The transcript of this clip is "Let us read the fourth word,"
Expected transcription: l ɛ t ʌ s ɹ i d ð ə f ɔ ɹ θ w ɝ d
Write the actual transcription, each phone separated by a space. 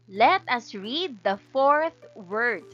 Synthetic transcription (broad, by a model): l ɛ t ʌ s ɹ i d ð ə f ɔ ɹ θ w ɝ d